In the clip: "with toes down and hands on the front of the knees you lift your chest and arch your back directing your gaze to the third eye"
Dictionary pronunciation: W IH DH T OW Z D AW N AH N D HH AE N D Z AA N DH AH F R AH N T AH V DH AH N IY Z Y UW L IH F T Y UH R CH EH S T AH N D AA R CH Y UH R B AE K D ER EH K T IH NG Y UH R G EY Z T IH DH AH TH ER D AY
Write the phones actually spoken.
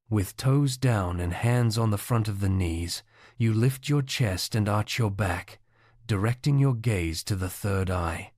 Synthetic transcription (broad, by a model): W IH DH T OW Z D AW N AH N HH AE N D Z N DH AH F R AH N T AH V DH AH N IY Z Y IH L IH F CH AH R CH EH S T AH N AA R CH Y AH R B AE K D ER EH K T IH NG Y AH R G EY Z T IH DH AH TH ER D AY